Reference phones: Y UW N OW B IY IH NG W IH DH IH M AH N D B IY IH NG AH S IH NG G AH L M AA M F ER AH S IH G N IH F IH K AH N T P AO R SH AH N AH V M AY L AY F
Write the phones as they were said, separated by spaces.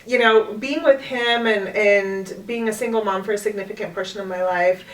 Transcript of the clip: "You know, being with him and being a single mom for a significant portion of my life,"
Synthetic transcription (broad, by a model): Y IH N OW B IY IH NG W IH DH IH M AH N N B IY IH NG AH S IH NG G L M AA M F ER AH S IH G N IH F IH K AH N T P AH R S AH N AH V M AY L AY F